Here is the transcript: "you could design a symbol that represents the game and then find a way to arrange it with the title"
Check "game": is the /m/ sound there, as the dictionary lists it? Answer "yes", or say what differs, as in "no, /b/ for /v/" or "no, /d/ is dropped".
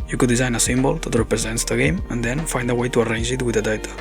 yes